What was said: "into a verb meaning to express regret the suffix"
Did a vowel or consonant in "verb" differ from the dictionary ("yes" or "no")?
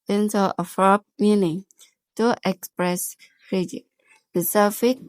yes